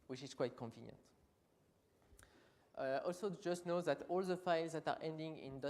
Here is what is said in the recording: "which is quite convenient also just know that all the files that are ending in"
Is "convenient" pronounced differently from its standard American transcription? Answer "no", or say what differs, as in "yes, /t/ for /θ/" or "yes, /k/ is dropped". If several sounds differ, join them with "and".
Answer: no